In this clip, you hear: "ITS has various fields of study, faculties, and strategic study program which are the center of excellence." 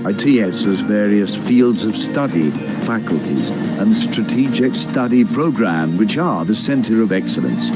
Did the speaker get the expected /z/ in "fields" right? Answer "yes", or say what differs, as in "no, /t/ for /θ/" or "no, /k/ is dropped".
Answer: yes